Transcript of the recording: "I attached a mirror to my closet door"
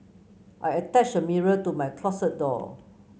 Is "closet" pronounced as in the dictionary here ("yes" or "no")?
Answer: no